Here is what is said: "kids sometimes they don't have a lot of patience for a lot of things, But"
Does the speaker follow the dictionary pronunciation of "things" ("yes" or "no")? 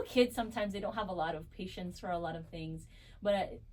yes